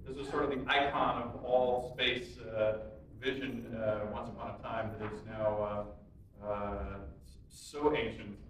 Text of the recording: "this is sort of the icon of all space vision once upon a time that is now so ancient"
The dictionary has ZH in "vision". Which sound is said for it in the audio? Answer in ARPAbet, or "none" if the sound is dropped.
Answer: ZH